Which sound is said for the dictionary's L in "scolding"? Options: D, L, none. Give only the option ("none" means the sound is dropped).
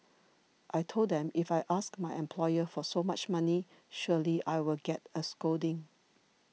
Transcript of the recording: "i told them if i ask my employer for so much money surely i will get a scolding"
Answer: none